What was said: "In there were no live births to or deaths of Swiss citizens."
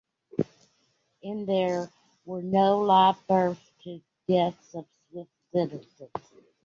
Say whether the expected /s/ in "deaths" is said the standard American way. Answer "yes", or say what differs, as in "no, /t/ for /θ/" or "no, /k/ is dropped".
yes